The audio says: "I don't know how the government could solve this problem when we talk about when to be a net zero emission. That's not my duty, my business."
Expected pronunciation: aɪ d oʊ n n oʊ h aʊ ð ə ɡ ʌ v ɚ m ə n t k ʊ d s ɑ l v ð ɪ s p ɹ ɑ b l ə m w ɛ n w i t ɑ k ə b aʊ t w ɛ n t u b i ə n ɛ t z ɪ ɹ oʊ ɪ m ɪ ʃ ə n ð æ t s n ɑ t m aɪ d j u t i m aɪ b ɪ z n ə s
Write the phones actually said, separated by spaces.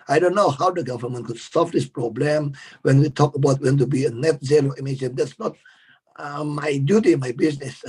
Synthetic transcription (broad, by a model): aɪ d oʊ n n oʊ h aʊ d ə ɡ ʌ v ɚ m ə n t k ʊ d s ɑ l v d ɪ s p ɹ ɑ b l ə m w ɛ n w i t ɑ k ə b aʊ t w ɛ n t u b i ə n ɛ t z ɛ l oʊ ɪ m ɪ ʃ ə n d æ t s n ɑ t m aɪ d j u t i m aɪ b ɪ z n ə s